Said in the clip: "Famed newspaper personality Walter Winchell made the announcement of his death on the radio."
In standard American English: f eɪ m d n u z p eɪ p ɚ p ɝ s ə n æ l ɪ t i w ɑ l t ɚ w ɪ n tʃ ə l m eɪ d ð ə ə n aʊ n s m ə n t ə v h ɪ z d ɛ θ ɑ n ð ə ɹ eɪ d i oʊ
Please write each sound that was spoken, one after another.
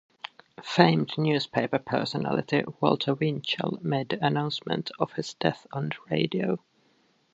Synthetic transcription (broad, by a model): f eɪ m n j u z p eɪ p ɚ p ɝ s ə n æ l ɪ t i w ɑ l t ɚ w ɪ n tʃ ə l m eɪ d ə ə n aʊ n s m ə n t ə v h ɪ z d ɛ θ n ɹ eɪ d i oʊ